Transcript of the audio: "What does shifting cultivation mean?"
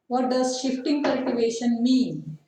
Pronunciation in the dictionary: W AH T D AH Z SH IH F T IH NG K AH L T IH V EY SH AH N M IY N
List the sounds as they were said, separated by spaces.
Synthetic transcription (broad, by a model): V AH T D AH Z SH IH F T IH NG K AH L T IH V EY SH AH N M IY N